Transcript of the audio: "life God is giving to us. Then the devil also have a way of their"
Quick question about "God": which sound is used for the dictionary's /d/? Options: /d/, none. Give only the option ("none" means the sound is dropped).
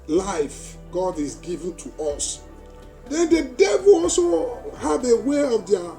/d/